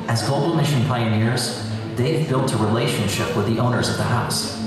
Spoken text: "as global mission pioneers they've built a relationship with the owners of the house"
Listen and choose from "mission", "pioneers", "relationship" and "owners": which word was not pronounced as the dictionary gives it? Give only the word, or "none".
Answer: none